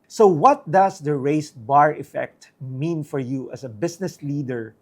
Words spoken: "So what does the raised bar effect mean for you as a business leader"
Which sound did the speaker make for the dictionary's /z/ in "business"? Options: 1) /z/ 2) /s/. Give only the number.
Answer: 2